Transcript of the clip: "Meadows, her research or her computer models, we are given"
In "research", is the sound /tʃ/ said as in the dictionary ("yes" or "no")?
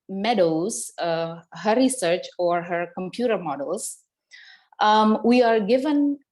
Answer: yes